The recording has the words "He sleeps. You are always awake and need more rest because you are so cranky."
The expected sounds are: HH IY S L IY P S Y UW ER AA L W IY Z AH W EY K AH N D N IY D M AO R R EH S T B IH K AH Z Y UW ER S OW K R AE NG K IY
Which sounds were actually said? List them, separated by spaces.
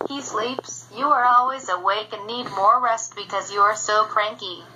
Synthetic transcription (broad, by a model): HH IY S L IY P S Y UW ER AA L W IY Z AH W EY K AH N N IY D M AO R R EH S T B IH K AH Z Y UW ER S OW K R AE NG K IY